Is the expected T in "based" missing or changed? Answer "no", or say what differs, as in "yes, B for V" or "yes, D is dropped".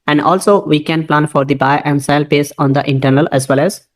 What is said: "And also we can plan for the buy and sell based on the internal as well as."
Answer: yes, T is dropped